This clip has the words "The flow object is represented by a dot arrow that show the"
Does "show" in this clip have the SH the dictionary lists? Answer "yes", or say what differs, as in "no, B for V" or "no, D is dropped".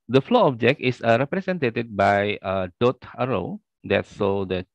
no, S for SH